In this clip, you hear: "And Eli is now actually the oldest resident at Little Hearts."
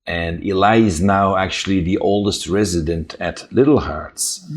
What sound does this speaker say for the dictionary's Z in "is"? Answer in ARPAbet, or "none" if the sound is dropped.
Z